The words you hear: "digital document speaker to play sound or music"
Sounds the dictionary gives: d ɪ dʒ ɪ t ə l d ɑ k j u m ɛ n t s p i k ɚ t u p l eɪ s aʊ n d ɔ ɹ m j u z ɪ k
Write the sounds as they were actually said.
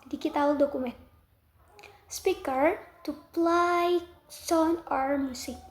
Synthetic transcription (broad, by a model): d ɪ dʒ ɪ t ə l d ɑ k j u m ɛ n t s p i k ɚ t u p l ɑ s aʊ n ɔ ɹ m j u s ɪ